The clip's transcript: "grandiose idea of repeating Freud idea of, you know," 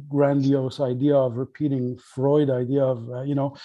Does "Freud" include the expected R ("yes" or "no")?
yes